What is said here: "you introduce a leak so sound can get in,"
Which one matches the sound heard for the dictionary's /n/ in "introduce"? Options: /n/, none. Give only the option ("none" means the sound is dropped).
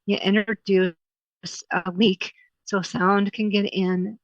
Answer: none